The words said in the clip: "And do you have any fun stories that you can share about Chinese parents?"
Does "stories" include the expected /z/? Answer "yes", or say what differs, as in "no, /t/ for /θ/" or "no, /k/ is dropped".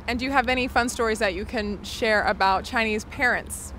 yes